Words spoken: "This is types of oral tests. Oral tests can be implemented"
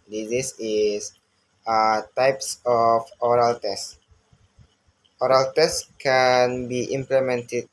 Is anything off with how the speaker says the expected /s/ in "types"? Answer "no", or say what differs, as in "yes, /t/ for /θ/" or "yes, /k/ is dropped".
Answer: no